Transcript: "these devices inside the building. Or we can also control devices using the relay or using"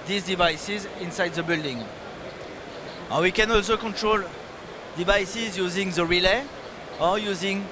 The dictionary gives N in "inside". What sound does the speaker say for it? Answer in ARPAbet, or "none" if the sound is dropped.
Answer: N